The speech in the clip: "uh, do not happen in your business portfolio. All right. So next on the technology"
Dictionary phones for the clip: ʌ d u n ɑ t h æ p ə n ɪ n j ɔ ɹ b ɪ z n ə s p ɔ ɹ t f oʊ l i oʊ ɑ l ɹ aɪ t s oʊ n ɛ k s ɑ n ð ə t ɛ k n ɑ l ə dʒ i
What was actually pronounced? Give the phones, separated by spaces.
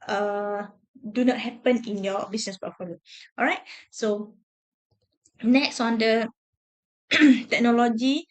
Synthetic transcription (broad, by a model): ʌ d u n ɑ t h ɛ p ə n ɪ n j ɔ b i s n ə s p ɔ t f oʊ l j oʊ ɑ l ɹ aɪ t s oʊ n ɛ k s ɑ n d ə t ɛ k n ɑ l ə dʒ i